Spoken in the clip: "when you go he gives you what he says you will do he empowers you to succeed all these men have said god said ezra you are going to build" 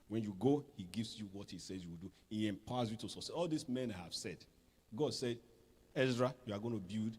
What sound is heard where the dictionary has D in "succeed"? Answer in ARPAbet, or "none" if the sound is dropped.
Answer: none